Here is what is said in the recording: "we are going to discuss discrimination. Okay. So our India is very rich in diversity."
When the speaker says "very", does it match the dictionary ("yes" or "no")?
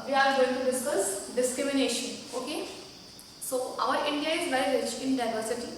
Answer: no